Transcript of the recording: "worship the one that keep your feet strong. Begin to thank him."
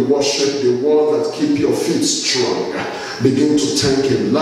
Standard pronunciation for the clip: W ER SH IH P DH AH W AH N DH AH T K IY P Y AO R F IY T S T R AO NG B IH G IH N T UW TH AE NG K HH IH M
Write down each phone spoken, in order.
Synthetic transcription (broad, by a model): W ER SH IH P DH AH W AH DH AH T K IY P Y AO F IY T S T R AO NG B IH G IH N T UW T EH K HH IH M